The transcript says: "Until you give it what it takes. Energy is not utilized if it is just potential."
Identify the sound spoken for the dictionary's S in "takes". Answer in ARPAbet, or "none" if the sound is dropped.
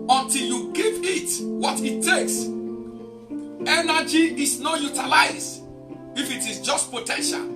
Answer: S